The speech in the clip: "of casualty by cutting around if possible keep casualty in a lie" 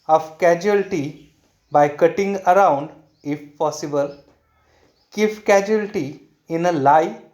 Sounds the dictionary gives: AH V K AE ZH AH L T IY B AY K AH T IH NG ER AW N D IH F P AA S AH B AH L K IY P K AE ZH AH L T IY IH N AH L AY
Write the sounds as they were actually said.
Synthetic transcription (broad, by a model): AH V K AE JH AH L T IY B AY K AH T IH NG ER AW N D IH F P AA S AH B AH L K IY F K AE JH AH L T IY IH N AH L AY